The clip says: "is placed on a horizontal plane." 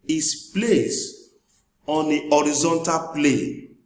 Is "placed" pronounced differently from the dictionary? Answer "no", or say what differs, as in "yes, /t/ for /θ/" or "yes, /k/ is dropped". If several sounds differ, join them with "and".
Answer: yes, /t/ is dropped